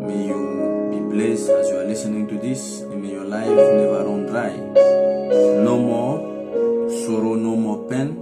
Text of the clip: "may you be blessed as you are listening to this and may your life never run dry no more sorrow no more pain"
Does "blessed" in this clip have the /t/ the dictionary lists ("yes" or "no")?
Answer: no